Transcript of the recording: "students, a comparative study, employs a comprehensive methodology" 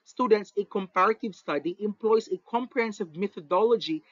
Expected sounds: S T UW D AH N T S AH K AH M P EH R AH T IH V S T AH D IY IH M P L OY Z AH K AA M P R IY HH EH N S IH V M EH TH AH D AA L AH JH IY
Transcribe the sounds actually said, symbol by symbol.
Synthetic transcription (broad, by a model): S T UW D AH N T S AH K AH M P EH R AH T IH V S T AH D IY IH M P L OY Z AH K AA M P R IY HH EH N S IH V M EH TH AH D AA L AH JH IY